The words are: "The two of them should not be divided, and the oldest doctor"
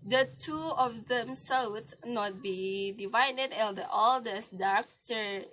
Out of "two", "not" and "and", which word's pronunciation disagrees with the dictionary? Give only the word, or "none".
and